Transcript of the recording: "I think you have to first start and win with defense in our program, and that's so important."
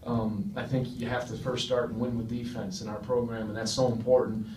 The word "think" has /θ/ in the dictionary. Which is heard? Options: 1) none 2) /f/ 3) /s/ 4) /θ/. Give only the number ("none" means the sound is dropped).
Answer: 4